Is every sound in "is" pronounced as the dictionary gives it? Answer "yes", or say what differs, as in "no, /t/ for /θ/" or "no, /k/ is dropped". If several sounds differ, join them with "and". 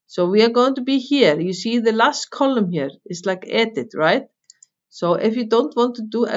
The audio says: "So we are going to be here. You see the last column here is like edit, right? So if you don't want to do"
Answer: no, /s/ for /z/